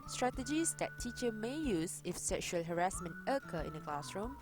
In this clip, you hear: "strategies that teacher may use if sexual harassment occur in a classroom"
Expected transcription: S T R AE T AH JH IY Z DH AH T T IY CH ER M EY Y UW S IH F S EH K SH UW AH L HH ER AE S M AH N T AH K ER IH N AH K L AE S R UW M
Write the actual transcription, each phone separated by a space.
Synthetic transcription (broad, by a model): S T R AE T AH JH IY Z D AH T T IY CH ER M EY Y UW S IH F S EH K SH UW AH L HH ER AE S M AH N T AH K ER IH N AH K L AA S R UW M